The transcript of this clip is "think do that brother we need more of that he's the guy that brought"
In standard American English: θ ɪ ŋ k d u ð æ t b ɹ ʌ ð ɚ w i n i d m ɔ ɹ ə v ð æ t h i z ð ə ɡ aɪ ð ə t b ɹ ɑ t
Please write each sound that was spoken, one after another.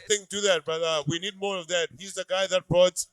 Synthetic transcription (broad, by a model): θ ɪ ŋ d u ð æ t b ʌ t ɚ w i n i d m ɔ ɹ ə v ð æ t h i z ð ə ɡ aɪ ð ə t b ɹ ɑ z